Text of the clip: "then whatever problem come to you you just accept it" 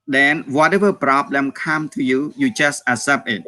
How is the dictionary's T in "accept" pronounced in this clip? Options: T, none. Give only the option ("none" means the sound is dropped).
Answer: none